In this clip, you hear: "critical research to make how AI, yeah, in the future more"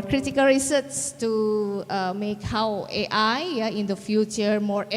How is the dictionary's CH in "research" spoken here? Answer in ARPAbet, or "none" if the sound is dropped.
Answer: S